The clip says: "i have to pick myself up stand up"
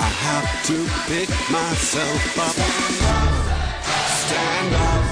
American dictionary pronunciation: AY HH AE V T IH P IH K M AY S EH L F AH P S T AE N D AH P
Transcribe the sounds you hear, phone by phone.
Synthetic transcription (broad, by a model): AY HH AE F T IH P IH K M AY S EH L F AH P S T AE N D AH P